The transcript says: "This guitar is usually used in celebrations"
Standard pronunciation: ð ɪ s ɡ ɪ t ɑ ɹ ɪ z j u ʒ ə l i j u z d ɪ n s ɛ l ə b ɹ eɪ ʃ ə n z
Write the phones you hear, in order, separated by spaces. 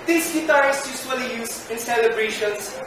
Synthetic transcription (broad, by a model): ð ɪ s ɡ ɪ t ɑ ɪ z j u s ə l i j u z ɪ n s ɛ l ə b ɹ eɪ ʃ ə n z